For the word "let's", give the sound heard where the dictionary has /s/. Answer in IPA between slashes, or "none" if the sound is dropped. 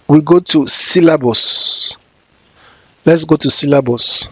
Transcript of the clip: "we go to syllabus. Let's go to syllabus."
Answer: /s/